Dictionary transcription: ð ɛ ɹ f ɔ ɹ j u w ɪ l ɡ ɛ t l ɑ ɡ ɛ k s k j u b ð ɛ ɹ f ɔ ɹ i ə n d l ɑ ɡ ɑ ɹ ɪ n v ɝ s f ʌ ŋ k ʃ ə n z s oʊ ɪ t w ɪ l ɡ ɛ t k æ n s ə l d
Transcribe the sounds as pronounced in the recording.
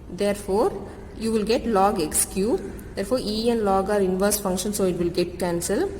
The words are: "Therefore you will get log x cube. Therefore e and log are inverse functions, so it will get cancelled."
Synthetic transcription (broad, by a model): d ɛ ɹ f ɔ ɹ j u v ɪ l ɡ ɛ t l ɑ ɡ ɛ k s k j u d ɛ ɹ f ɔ ɹ i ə n l ɑ ɡ ɑ ɹ ɪ n v ɝ s f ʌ ŋ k ʃ ə n s oʊ ɪ t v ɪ l ɡ ɛ t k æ n s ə l